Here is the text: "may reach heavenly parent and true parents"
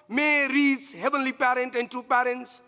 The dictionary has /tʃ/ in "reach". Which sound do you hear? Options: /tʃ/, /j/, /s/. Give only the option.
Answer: /s/